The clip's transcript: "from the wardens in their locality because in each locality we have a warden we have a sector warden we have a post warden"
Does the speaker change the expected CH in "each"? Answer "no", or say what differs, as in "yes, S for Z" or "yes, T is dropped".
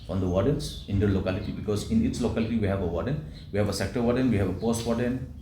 yes, S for CH